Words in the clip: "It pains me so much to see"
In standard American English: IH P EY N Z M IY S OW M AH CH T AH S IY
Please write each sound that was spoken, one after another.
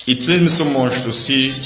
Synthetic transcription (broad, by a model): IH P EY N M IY S OW M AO SH T AH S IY